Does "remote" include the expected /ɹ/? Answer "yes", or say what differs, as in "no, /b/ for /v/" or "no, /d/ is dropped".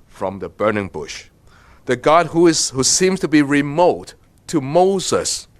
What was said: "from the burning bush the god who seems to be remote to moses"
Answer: yes